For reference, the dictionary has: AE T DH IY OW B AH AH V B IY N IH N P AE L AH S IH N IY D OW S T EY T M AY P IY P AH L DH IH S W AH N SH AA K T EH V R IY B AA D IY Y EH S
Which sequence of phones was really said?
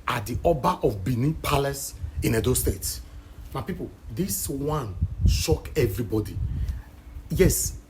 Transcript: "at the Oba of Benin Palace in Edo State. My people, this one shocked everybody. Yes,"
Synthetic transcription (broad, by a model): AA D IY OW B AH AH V B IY N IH P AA L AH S IH N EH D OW S T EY T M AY P IY P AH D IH S W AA N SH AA K EH V R IY B AA D IY Y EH S